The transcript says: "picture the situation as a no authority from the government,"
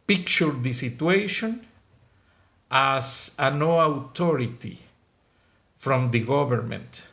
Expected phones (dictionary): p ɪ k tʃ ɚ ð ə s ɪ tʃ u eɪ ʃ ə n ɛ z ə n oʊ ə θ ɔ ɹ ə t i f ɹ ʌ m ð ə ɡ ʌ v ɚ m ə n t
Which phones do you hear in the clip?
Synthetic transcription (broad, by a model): p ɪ k tʃ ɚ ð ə s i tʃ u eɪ ʃ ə n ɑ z ə n oʊ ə t ɔ ɹ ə t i f ɹ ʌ m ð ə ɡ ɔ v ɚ m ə n t